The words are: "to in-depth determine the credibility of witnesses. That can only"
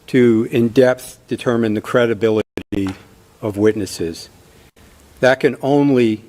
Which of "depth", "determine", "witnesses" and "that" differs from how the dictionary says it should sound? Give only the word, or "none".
none